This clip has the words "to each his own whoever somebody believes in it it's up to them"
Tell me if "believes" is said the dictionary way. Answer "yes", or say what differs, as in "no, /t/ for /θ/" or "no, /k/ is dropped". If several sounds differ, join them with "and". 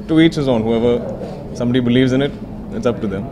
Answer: yes